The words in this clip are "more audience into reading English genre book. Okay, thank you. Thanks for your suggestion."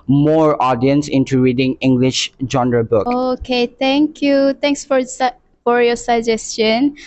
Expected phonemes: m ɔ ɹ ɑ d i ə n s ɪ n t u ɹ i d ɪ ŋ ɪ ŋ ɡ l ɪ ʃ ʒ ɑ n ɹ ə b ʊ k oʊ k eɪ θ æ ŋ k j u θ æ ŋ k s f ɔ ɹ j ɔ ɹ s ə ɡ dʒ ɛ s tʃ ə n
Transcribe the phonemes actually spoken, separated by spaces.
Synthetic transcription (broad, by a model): m ɔ ɹ ɑ d i ə n s ɪ n t u ɹ i d ɪ ŋ ɪ ŋ ɡ l ɪ ʃ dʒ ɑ n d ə b ʊ k oʊ k eɪ t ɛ ŋ k j u t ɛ ŋ k s f ɔ ɹ j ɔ s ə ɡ dʒ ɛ s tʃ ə n